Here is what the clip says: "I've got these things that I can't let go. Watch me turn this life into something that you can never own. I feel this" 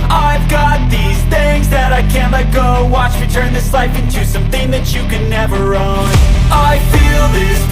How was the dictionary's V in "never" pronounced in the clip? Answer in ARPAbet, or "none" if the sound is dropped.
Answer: V